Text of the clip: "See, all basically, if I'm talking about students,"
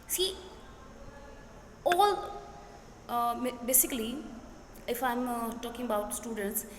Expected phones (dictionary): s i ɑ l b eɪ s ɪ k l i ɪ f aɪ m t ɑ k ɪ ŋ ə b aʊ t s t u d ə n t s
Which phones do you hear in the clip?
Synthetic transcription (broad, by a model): s i ɑ l b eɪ s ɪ k l i ɪ f aɪ m t ɑ k ɪ ŋ ə b aʊ t s t u d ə n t s